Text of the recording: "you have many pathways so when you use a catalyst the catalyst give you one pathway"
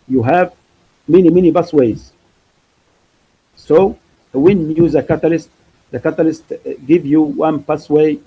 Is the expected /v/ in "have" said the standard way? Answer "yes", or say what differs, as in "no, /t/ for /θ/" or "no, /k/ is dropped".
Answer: yes